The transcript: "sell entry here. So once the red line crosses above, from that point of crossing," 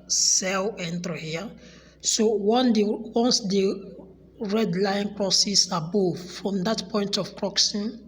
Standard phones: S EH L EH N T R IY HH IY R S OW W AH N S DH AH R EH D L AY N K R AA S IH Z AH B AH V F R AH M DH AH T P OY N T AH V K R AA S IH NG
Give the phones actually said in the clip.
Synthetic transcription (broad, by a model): S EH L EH N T IY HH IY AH S OW W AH N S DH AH R EH D L AY N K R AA S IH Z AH B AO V F R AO M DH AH T P OY N T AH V K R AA S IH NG